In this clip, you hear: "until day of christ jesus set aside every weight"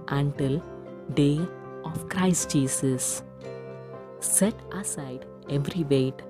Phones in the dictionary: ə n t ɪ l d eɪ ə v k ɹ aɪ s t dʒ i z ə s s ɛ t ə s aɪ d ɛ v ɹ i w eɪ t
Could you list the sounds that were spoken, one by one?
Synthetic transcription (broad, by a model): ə n t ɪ l d eɪ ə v k ɹ aɪ s t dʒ i s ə s s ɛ t ə s aɪ d ɛ v ɹ i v eɪ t